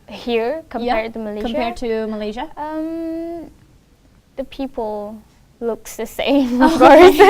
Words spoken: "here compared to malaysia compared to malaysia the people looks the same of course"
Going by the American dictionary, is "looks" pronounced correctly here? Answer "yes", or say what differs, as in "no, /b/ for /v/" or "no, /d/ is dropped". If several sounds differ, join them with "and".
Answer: yes